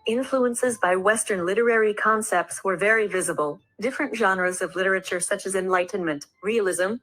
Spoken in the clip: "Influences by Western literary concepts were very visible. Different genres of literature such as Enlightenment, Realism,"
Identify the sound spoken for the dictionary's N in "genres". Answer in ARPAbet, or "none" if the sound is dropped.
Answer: N